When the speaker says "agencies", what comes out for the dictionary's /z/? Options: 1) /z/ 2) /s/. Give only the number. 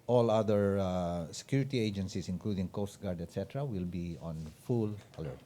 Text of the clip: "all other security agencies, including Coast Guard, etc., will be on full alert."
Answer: 2